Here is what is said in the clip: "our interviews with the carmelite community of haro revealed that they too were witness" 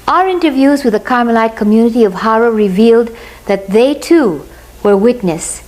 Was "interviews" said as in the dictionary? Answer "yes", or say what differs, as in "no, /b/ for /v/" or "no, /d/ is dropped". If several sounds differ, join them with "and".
yes